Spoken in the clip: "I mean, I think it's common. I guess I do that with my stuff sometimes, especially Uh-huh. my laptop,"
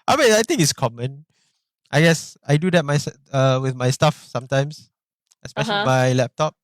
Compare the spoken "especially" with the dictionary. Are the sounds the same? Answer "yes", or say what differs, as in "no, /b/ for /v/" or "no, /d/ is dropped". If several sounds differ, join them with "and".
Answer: yes